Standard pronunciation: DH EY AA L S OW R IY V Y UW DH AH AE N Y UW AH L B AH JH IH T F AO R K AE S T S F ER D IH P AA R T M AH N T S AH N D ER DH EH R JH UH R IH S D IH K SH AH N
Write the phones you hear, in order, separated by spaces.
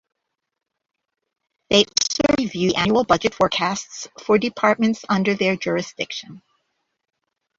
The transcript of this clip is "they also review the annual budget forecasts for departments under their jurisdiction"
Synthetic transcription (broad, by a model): DH EY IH S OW R IY V Y UW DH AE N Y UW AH L B AH JH IH T F AO R K AE S T S F ER D IH P AA R T M AH N T S AH N D ER DH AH R JH UH R IH S D IH K SH AH N